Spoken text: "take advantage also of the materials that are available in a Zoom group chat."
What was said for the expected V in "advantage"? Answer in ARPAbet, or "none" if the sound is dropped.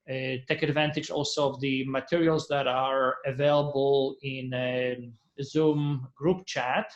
V